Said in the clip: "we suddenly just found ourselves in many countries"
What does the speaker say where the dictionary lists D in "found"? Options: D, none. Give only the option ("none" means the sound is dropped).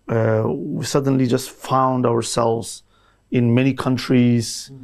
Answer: D